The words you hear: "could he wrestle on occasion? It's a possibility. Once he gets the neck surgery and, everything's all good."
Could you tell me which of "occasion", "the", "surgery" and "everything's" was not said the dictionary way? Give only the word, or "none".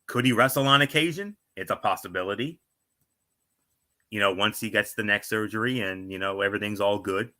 none